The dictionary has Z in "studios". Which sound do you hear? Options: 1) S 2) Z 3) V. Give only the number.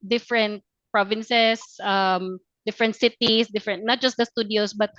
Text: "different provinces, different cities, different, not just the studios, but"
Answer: 1